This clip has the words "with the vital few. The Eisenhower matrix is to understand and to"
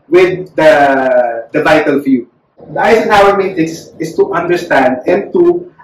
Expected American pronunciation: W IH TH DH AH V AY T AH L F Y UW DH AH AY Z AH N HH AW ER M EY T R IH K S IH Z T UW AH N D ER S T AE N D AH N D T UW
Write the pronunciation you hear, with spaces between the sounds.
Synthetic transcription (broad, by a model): W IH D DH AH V AY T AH L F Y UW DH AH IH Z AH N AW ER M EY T IH S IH S T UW AH N D ER S T AE N D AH N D T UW